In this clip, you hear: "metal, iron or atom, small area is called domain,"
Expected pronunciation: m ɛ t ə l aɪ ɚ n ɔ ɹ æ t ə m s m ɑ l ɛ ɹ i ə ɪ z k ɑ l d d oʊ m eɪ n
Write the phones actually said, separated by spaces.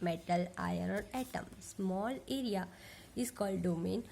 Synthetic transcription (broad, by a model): m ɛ t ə l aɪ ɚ ɔ ɹ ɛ t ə m s m ɑ l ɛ ɹ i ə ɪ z k ɑ l d d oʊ m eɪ n